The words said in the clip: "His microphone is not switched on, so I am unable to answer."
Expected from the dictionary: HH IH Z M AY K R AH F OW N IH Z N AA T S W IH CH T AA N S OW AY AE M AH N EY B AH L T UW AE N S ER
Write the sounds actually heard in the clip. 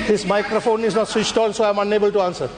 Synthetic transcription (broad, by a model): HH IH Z M AY K R AH F OW N IH Z N AA T S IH S T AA L S OW AY M AH N EY B AH L T UW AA N S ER